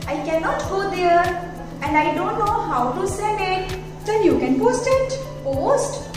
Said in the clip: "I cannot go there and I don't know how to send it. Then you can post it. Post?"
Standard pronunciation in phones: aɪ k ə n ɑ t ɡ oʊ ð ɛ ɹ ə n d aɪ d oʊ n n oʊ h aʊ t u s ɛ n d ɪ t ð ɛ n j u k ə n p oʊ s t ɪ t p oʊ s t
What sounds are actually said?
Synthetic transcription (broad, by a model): aɪ k ə n ɑ t ɡ oʊ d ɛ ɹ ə n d aɪ d oʊ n n oʊ h aʊ t u s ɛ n ɪ t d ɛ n j u k ə n p oʊ s t ɪ t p oʊ s t